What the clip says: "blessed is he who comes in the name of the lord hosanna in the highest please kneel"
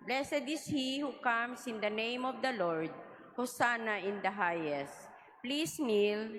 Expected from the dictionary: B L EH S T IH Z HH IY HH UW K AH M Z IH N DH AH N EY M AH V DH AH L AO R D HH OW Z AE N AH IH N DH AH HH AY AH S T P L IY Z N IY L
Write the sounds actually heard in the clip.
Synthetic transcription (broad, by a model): B L EH S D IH S HH IY HH UW K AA M S IH N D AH N EY M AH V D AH L AO R D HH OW S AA N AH IH N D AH HH AY AH S T P L IY S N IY L